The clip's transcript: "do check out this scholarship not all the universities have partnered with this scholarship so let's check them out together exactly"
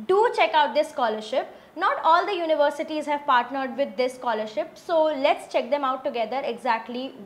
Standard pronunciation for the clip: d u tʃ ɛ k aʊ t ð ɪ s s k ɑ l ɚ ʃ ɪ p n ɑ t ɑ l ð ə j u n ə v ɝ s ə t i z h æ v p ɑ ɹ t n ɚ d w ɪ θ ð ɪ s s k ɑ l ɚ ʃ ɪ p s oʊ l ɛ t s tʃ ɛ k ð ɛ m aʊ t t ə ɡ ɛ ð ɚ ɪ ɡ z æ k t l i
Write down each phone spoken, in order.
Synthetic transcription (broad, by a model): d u tʃ ɛ k aʊ t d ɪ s s k ɑ l ɚ ʃ ɪ p n ɑ t ɑ l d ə j u n ə v ɝ s ə t i z h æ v p ɑ ɹ t n ɚ d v ɪ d ɪ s s k ɑ l ɚ ʃ ɪ p s oʊ l ɛ t s tʃ ɛ k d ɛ m aʊ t t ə ɡ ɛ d ɚ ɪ ɡ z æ k t l i